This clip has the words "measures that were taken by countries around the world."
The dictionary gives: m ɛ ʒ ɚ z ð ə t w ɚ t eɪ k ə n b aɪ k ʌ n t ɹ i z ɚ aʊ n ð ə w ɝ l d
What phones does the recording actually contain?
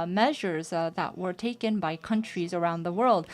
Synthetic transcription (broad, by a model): m ɛ ʒ ɚ z ð ə t w ɚ t eɪ k ə n b aɪ k ʌ n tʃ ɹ i z ɚ aʊ n ð ə w ɝ l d